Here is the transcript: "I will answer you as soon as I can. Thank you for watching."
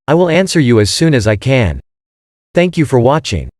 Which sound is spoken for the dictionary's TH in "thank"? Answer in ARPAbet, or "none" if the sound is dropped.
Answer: TH